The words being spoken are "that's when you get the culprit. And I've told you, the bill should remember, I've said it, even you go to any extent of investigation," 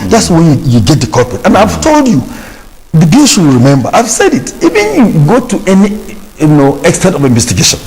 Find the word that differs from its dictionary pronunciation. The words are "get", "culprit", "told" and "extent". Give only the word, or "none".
culprit